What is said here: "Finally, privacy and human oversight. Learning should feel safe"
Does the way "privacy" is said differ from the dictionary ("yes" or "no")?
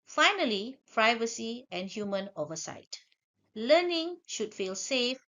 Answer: no